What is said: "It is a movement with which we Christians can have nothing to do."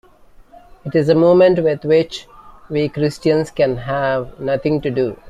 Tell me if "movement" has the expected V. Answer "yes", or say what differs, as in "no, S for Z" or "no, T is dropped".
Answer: no, V is dropped